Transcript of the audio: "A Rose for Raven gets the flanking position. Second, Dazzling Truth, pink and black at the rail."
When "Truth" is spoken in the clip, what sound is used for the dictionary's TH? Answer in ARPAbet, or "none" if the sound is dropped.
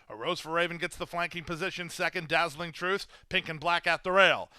TH